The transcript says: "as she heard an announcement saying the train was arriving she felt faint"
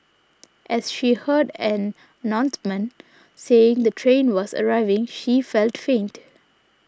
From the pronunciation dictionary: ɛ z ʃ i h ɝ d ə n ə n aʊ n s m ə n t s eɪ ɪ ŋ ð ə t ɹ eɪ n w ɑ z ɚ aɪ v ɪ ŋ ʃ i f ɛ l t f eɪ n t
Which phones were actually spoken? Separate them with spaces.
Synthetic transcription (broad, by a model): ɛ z ʃ i h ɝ d ə n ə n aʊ n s m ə n s eɪ ɪ ŋ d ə t ɹ eɪ n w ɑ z ɚ aɪ v ɪ ŋ ʃ i f ɛ l t f eɪ n t